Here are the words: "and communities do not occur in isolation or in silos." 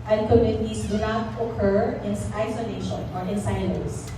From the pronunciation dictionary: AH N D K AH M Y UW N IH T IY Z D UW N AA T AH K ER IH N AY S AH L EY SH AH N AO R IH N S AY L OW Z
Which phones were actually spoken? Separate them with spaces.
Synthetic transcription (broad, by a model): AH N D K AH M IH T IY S D UW N AA T AH K ER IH N AY S AH L EY SH AH N AO R IH N S AY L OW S